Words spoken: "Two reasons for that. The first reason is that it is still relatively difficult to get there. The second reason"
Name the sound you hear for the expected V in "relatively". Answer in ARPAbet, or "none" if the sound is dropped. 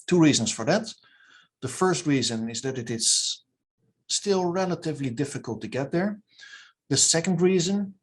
V